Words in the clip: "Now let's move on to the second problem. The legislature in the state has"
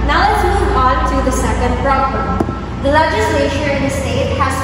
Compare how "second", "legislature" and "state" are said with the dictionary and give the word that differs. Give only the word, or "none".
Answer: legislature